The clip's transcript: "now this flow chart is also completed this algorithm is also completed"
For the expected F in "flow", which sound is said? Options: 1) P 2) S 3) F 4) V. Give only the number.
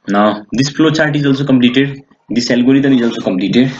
1